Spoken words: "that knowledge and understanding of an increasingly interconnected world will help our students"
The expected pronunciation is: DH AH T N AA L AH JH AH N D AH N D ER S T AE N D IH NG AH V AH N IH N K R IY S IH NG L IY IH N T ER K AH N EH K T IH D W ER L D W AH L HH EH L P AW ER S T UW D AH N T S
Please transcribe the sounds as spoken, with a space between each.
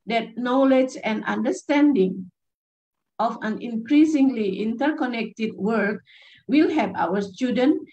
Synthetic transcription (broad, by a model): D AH T N AA L AH JH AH N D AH N D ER S T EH N D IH NG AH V AH N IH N K R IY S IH NG L IY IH N T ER K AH N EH K T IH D W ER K W AH L HH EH P AW ER S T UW D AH N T